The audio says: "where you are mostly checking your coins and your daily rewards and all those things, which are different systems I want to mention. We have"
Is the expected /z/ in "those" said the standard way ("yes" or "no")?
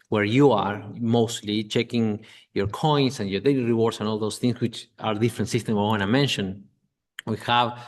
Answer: no